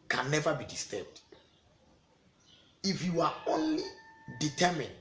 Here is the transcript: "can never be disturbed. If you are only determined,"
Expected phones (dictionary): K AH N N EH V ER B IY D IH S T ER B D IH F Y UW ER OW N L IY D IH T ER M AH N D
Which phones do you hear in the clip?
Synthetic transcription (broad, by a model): K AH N N EH V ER B IY D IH S T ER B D IH F Y UW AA OW N L IY D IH T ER M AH N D